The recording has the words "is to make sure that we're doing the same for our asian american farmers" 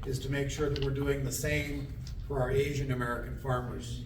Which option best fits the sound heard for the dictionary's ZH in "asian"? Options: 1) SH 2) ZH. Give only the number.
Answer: 2